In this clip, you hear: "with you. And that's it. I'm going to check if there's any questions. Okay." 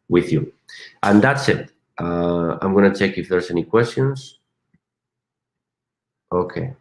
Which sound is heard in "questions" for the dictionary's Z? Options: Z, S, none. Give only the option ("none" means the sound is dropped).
S